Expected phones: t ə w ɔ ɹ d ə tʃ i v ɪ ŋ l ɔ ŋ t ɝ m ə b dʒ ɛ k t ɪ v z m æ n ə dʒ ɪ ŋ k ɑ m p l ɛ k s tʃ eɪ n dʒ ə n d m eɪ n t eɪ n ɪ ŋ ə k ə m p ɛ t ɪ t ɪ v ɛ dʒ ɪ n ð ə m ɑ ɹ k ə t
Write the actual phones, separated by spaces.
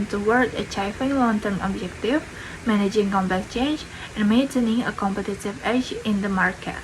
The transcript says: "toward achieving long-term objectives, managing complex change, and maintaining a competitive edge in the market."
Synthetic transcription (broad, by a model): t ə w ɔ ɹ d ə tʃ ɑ f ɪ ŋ l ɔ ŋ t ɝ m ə b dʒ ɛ k t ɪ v m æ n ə dʒ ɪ ŋ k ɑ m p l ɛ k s tʃ eɪ n dʒ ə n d m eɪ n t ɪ n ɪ ə k ə m p ɛ t ɪ t ɪ v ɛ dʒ ɪ n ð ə m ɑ ɹ k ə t